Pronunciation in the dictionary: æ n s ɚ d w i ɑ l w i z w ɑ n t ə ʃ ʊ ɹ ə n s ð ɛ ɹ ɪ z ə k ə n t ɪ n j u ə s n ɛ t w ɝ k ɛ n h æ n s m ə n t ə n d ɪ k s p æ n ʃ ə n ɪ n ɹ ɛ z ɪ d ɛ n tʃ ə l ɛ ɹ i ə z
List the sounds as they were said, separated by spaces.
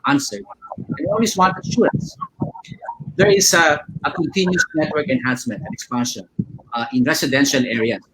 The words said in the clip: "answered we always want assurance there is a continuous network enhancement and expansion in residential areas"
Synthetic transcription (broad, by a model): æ n s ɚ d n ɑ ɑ l w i s w ɑ n t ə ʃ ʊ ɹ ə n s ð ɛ ɹ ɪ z ə k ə n t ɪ n j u s n ɛ t w ɝ k ɛ n h æ n s m ə n t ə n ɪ k s p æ n ʃ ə n ɪ n ɹ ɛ s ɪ d ɛ n ʃ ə l ɛ ɹ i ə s